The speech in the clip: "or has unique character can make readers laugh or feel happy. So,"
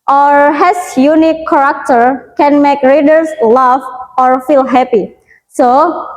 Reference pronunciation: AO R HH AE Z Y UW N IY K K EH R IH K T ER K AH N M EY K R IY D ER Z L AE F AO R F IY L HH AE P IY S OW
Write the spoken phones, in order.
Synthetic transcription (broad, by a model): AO R HH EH S Y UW N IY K K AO R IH K T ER K AH N M EY K R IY D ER S L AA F AO R F IY L HH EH P IY S OW